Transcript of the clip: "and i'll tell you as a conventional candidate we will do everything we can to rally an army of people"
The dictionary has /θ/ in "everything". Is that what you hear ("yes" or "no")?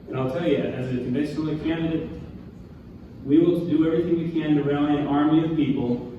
yes